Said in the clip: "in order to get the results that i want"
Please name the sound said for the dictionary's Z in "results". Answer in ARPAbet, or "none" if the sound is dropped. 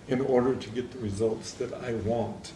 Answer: Z